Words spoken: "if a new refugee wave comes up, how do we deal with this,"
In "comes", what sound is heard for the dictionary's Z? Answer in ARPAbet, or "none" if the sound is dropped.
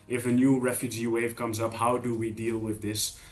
Z